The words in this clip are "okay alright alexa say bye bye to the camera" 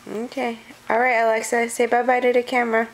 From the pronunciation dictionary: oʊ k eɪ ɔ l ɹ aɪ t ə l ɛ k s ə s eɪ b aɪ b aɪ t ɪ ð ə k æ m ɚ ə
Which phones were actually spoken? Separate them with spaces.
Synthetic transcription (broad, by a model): oʊ k eɪ ɔ l ɹ aɪ t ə l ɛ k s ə s eɪ b aɪ b aɪ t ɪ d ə k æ m ɚ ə